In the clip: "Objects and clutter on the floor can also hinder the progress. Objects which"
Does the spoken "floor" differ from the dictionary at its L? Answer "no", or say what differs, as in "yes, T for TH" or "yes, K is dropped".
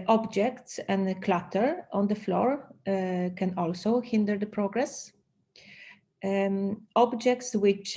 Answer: no